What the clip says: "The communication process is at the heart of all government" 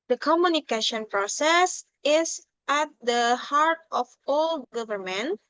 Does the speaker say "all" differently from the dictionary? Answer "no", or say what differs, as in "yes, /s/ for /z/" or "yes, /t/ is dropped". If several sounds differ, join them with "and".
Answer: no